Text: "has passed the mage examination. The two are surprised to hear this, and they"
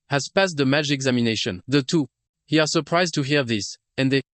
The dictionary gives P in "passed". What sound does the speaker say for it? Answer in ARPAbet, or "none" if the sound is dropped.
P